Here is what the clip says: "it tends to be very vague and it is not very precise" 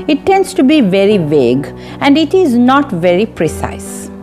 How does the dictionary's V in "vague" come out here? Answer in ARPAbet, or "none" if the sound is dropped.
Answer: V